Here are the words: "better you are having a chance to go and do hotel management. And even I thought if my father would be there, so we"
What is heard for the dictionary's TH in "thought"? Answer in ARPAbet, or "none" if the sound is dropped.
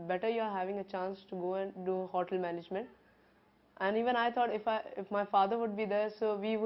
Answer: T